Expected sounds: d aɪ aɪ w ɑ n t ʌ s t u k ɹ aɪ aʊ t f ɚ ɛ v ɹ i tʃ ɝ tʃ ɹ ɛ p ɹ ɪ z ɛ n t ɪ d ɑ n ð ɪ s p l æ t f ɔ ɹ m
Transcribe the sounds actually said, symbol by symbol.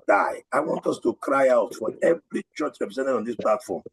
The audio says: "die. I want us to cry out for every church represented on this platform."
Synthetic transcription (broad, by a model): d aɪ aɪ w ɑ n t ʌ s t u k ɹ aɪ aʊ t f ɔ ɛ v ɹ i tʃ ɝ tʃ ɹ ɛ p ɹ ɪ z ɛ n t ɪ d ɑ n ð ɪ s p l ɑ t f ɔ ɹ m